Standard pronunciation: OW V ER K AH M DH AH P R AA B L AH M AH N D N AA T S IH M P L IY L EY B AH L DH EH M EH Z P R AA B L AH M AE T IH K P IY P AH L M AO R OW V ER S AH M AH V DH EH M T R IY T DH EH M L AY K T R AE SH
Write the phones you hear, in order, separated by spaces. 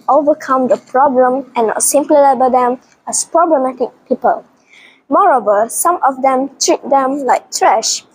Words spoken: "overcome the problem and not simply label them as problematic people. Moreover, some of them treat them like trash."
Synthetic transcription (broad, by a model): OW V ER K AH M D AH P R AA B L AH M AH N N AA T S IH M P L IY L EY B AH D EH M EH S P R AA B L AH M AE T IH K P IY P AH L M AO R OW V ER S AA M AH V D EH M T R IY T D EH M L AY K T R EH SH